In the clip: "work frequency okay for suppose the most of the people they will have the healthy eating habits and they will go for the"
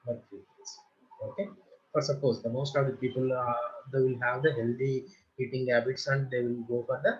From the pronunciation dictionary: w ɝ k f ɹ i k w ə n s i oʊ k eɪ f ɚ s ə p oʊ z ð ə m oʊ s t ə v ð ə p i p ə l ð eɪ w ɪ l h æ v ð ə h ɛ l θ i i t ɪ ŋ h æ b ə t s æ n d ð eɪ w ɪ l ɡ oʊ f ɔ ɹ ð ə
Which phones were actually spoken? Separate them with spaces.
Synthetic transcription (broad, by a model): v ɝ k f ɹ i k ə s oʊ k eɪ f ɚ s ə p oʊ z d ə m oʊ s t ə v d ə p i p ə l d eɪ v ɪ l h æ v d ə h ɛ l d i i t ɪ ŋ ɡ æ b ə t s æ n d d eɪ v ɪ l ɡ oʊ f ɔ ɹ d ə